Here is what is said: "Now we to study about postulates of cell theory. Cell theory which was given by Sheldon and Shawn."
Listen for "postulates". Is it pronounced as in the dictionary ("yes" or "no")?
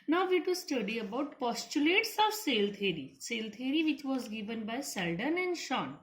yes